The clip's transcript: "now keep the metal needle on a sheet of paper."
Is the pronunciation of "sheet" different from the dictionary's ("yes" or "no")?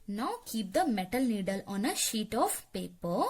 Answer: no